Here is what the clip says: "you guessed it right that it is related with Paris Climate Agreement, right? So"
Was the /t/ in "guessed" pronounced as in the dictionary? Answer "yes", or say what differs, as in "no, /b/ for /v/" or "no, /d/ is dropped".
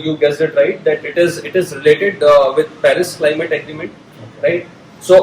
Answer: no, /t/ is dropped